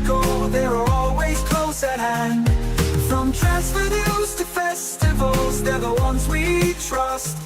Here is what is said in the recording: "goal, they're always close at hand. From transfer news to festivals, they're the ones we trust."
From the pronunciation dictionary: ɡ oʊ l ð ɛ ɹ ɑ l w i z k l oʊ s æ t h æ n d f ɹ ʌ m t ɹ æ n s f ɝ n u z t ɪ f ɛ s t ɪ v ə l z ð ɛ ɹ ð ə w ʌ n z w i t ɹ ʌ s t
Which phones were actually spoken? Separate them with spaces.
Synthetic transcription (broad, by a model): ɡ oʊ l ð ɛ ɹ ɑ l w i z k l oʊ s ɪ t h æ n d f ɹ ʌ m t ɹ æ s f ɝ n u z t ɪ f ɛ s t ɪ v ə l z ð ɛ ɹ ð ə w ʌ n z w i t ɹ ʌ s t